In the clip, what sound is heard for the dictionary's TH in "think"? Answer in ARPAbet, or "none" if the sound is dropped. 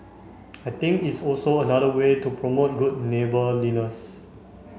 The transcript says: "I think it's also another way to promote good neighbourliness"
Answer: T